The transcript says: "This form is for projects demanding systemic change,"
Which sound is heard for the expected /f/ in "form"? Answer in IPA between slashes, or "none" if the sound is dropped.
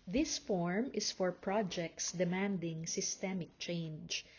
/f/